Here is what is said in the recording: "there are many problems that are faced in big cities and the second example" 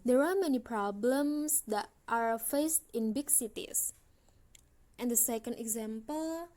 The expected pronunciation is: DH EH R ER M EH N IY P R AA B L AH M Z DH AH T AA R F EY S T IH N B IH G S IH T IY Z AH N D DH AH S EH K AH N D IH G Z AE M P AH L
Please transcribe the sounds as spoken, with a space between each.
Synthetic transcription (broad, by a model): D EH R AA M EH N IY P R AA B L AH M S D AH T AA R F EY S T IH N B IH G S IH T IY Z AH N D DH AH S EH K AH N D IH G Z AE M P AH L